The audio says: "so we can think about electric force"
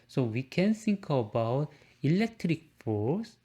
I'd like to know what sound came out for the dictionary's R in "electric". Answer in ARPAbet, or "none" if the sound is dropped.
R